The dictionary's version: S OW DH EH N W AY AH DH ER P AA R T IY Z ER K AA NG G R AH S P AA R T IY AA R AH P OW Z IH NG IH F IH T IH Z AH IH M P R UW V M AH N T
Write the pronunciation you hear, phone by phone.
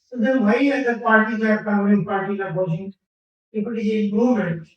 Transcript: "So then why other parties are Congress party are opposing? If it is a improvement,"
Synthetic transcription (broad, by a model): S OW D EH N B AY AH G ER P AA R T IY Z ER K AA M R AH P AA R T IY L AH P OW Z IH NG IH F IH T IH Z AH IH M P R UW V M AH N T